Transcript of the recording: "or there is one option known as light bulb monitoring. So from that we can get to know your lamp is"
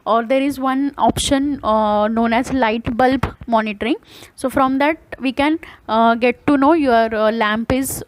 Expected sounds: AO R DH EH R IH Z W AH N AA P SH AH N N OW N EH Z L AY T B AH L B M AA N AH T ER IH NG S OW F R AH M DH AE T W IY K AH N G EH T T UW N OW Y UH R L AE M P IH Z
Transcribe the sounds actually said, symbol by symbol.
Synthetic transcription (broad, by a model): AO R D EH R IH Z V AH N AA P SH AH N N OW N EH Z L AY T B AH L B M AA N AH T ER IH NG S OW F R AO M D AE T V IY K AH N G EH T T UW N OW Y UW R L AE M P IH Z